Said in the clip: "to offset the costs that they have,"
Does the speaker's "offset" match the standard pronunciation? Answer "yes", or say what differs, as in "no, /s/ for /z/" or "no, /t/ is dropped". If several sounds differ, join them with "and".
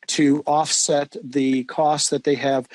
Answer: yes